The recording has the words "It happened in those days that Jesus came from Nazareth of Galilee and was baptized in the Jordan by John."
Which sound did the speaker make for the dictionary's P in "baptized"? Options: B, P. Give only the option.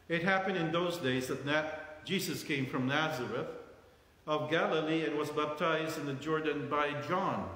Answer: P